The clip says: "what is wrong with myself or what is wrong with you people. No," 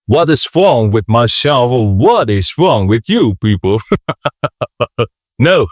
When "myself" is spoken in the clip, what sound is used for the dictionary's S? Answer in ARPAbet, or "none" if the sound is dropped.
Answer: SH